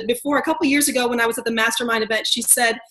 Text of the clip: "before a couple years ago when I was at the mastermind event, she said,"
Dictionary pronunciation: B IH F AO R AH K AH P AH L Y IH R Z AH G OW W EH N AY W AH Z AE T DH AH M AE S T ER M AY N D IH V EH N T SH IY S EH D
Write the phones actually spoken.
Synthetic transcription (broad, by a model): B IH F AO R AH K AH P L Y IH R Z AH G OW W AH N AY W AH Z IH T DH AH M AE S T ER M AY N D IH V EH N T SH IY S EH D